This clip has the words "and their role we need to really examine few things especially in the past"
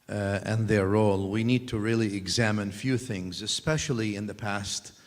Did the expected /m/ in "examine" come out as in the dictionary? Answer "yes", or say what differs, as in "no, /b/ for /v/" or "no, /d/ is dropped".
yes